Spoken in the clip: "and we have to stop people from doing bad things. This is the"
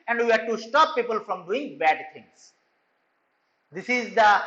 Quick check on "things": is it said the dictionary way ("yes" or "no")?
no